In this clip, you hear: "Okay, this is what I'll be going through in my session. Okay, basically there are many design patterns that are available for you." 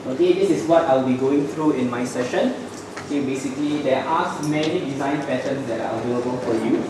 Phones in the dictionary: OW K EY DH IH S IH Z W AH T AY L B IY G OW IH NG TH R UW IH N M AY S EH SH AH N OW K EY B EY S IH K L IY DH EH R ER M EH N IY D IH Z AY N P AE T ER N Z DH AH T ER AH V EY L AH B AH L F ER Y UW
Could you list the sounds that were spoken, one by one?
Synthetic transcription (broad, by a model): OW K EY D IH S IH S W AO T AY L B IY G OW IH NG T R UW IH N M AY S EH SH AH N OW K EY B EY S IH K L IY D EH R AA M EH N IY D IH Z AY N P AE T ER N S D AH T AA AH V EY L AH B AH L F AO Y UW